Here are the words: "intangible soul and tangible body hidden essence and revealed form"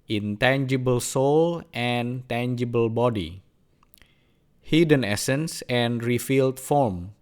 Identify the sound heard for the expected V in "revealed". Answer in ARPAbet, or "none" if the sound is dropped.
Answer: F